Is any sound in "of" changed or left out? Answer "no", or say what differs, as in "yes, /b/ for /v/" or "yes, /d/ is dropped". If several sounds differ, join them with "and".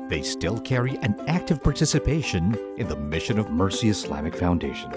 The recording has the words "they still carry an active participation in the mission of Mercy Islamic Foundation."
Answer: no